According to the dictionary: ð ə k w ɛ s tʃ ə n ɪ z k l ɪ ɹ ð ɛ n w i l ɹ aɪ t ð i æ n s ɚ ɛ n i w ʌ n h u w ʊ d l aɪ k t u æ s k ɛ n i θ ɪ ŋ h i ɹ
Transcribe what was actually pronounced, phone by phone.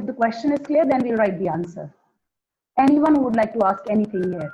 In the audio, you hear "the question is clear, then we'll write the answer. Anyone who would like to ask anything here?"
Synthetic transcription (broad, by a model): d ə k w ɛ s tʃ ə n ɪ z k l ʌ ɹ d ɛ n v i l ɹ aɪ t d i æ n s ɚ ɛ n i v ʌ n h u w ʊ d l aɪ k t u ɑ s k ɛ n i t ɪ ŋ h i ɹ